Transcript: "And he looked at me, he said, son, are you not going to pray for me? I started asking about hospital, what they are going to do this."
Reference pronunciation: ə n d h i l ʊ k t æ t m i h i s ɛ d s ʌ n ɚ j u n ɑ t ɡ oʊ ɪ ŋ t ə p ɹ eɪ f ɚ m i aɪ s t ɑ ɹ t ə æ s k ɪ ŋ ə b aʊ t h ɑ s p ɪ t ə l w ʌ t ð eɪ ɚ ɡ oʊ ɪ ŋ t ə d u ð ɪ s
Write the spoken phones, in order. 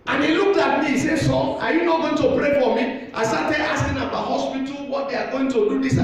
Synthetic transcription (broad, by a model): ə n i l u k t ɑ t m i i s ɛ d s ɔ ɑ j u n ɑ t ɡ oʊ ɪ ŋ t ə p ɹ eɪ f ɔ m i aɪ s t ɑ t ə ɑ s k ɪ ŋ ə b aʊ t h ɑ s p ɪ t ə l w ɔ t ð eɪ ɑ ɡ oʊ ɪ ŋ t ə d u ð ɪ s